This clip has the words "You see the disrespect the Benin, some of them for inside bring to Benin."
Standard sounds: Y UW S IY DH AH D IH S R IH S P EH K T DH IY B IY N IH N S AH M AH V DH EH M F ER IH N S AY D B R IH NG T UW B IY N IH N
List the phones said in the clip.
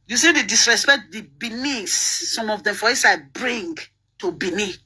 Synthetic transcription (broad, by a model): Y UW S IY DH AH D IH S R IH S P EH K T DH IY B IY N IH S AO M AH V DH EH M F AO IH S AY B R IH NG T UW B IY N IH